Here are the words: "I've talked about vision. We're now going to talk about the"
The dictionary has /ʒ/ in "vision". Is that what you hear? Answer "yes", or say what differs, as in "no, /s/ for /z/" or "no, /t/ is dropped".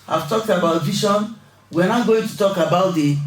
no, /ʃ/ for /ʒ/